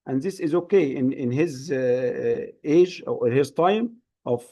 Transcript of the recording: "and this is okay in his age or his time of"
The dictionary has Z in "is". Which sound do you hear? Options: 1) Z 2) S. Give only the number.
1